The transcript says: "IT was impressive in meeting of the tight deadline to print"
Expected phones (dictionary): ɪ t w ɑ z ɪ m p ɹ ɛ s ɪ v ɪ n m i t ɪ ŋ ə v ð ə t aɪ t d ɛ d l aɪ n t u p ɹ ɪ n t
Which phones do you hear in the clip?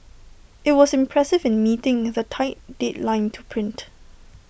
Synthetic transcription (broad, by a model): ɪ t w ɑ s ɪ m p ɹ ɛ s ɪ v ɪ n m i t ɪ ŋ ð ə t aɪ t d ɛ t l aɪ n t u p ɹ ɪ n t